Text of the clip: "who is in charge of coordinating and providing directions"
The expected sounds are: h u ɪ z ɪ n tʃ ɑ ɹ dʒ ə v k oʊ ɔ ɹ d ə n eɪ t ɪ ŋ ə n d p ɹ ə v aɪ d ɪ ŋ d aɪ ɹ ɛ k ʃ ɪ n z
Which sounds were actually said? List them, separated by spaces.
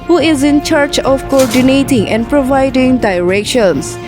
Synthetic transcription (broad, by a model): h u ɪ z ɪ n tʃ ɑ ɹ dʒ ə f k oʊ ɔ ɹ d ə n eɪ t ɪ ŋ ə n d p ɹ ə v aɪ d ɪ ŋ d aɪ ɹ ɛ k ʃ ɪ n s